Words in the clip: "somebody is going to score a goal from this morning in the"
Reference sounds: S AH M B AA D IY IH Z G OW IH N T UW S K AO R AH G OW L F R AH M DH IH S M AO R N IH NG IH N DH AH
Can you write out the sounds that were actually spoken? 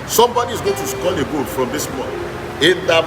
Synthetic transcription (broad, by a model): S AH M B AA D IY IH Z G OW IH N T UW S K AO L AH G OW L F R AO M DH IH S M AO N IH IH N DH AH